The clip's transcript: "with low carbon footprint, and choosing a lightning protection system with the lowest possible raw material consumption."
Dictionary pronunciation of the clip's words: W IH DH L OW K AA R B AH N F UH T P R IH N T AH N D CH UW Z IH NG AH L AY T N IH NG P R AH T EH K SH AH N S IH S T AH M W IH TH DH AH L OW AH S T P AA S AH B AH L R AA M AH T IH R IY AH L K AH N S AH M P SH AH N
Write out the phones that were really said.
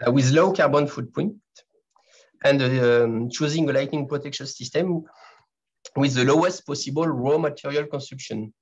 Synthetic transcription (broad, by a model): W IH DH L OW K AA R B AH N F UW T P AO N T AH N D CH UW Z IH NG AH L AY T N IH NG P R AH T EH K SH AH N S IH S T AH M W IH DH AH L OW AH S T P AA S AH B AH L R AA M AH T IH R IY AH L K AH N S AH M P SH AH N